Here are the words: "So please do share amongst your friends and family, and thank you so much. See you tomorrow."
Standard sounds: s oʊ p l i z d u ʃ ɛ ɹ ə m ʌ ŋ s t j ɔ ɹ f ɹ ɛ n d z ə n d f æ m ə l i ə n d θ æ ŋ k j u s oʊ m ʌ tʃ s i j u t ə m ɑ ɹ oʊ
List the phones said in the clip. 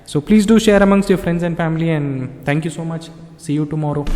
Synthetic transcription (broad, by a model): s oʊ p l i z d u ʃ ɛ ɹ ə m ʌ ŋ s t j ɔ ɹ f ɹ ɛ n d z ə n d f æ m ə l i ə n d t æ ŋ k j u s oʊ m ʌ tʃ s i j u t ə m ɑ ɹ oʊ